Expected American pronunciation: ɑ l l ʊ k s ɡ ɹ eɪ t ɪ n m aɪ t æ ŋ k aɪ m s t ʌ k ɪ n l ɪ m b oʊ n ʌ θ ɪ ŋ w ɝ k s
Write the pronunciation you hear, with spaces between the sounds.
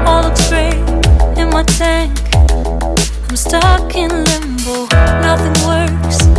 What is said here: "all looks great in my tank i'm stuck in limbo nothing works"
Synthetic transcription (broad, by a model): ɑ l l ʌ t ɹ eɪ ɪ n m aɪ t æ ŋ k aɪ m s t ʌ k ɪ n l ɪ m b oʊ n ʌ θ ɪ ŋ w ɝ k s